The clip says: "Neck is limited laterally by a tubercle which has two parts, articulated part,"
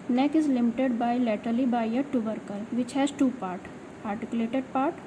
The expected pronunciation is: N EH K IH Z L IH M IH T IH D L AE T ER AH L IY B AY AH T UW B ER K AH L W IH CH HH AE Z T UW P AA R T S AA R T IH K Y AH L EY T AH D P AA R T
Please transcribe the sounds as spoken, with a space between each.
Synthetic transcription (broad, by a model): N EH K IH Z L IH M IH T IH D L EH T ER L IY B AY AH T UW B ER K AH L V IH CH HH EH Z T UW P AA R T AA R T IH K Y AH L EY T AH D P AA R T